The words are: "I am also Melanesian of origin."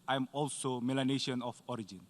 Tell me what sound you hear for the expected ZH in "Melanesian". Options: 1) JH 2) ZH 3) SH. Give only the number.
3